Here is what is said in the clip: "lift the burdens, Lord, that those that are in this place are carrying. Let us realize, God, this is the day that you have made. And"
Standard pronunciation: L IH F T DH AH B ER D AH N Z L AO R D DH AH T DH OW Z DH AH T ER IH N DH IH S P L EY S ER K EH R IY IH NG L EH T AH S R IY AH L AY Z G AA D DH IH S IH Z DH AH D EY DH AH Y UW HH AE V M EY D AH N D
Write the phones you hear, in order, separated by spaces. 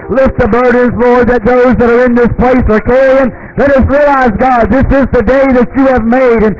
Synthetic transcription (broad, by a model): L IH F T DH AH B ER D N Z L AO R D DH AH T DH OW Z DH AH T ER IH N DH IH S P L EY S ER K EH IY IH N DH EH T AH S R IY AH L AY Z G AA D DH IH S IH Z DH AH D EY DH AH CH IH V M EY D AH N